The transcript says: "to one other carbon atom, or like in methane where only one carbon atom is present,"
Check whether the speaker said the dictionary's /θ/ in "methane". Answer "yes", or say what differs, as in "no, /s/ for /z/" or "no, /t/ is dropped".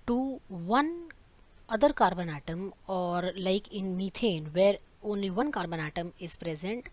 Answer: no, /t/ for /θ/